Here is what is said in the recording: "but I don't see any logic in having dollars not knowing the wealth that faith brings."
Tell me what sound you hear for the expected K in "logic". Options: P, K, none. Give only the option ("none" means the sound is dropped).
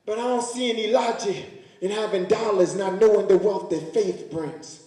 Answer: none